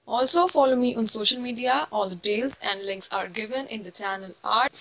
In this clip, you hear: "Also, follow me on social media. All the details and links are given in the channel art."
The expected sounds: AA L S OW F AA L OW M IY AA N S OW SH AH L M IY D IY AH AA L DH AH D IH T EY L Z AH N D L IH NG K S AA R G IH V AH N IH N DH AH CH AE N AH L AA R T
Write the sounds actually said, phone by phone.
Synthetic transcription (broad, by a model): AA L S OW F AA L OW M IY AA N S OW SH AH L M IY D IY AH AA L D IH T EY L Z AH N D L IH NG K S AA R G IH V AH N IH N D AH CH AE N AH L AA R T